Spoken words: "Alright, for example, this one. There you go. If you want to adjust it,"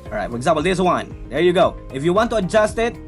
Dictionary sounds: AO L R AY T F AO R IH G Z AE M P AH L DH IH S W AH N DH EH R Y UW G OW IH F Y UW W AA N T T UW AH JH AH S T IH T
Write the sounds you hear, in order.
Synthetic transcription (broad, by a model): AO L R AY T F AO R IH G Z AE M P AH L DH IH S W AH N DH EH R Y UW G OW IH F Y UW W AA N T T UW AH JH AH S T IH T